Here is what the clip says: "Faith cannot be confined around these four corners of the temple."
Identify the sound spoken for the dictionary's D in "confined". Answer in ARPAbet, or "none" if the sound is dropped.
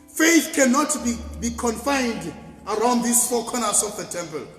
D